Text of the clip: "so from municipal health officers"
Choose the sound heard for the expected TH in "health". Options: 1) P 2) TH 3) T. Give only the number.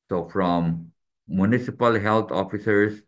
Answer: 3